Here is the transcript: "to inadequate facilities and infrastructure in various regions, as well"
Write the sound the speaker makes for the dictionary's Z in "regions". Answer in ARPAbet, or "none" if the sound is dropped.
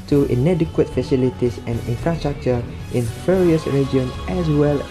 none